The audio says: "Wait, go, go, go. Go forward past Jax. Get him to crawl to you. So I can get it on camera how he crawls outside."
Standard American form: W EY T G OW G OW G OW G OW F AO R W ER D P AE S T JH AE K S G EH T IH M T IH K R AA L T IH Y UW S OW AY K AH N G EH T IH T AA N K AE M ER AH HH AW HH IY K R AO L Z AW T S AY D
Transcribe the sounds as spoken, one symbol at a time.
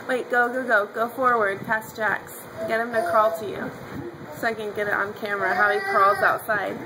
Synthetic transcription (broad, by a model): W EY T G OW G OW G OW G OW F AO R W ER D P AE S JH AE K S G EH T IH M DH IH K AA L T IH Y UW S OW AY K AH N G EH T IH T N K AE M ER AH HH AW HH IY K R AO L Z AW T S AY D